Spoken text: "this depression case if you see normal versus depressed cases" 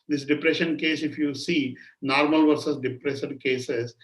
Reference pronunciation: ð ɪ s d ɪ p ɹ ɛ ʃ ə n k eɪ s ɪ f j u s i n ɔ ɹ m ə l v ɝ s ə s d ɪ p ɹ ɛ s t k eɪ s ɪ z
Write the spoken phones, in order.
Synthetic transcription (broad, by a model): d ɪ s d ɪ p ɹ ɛ ʃ ə n k eɪ s ɪ f j u s i n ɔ ɹ m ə l v ɝ s ə s d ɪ p ɹ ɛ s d k eɪ s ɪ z